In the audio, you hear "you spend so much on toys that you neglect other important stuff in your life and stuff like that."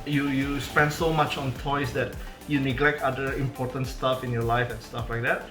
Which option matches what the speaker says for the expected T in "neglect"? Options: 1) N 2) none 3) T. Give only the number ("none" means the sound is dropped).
3